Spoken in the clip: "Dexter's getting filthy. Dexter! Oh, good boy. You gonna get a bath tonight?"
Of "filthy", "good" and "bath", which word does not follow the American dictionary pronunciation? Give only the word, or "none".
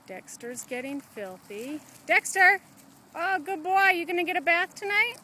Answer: none